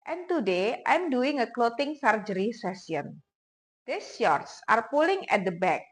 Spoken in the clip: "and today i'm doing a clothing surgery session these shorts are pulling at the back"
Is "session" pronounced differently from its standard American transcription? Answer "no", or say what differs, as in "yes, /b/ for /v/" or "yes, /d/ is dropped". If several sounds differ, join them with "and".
yes, /s/ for /ʃ/